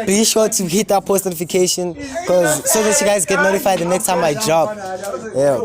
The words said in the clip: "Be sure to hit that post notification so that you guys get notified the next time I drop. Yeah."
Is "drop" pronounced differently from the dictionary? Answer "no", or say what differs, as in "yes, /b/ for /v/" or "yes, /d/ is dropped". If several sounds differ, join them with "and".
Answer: yes, /b/ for /p/